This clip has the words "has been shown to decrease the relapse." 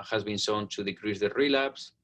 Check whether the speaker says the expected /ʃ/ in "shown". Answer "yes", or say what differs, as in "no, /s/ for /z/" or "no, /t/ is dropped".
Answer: no, /s/ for /ʃ/